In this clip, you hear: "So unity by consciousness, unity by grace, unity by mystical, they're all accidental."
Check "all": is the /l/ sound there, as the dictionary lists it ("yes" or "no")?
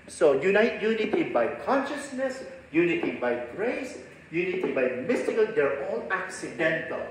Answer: no